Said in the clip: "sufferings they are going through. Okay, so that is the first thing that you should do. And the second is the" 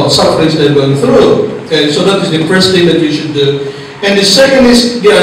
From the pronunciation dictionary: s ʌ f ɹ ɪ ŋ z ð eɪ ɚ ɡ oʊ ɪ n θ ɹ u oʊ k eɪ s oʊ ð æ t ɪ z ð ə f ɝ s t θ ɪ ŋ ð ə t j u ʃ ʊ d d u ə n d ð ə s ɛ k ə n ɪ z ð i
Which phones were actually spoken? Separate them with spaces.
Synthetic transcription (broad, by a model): s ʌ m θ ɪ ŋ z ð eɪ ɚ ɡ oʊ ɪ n θ ɹ u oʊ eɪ s oʊ ð æ t ɪ z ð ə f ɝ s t θ ɪ ŋ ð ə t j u ʃ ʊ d d u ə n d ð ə s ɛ ə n ɪ z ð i